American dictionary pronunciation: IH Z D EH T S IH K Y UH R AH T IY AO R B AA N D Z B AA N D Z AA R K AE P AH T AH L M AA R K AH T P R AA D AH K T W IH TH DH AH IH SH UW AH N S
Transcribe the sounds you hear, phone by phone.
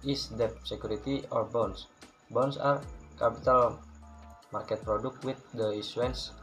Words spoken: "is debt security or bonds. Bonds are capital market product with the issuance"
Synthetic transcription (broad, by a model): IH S D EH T S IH K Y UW R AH T IY AO R B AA N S B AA N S AA R K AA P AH T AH L M AA R K AH T P R AA D AH K T W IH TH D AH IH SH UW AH N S